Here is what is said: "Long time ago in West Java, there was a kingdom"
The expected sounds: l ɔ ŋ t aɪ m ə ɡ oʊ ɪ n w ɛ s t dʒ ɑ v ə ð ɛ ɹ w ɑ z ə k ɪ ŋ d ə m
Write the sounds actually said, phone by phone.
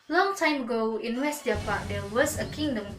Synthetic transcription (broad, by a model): l ɔ ŋ t aɪ m ə ɡ oʊ ɪ n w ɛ s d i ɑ p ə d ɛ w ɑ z ə k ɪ ŋ d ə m